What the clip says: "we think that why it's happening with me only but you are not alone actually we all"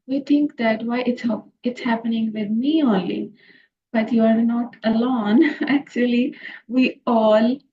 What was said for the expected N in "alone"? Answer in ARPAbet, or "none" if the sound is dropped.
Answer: N